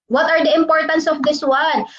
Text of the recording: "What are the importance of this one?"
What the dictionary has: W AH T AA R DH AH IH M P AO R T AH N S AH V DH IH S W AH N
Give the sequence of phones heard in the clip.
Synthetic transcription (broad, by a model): W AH T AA R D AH IH M P AO R T AH N S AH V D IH S W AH N